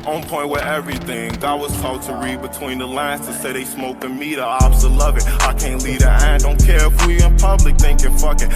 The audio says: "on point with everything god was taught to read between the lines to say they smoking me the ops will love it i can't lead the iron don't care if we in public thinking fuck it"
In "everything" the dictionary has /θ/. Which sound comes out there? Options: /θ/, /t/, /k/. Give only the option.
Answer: /θ/